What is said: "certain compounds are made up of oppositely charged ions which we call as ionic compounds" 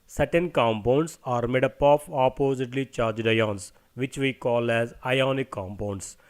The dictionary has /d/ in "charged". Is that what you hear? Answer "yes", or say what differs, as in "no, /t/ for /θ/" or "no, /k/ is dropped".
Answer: yes